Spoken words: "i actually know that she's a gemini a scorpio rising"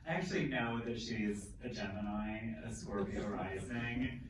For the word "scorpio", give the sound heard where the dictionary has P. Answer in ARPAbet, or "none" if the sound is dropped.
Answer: B